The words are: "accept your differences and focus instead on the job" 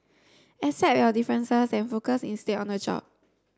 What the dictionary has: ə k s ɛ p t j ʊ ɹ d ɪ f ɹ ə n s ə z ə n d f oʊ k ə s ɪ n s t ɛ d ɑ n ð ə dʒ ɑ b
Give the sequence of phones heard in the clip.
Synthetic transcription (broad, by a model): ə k s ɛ t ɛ d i f ɹ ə n s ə s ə n f oʊ k ə s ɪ n s t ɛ ɑ n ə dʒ ɑ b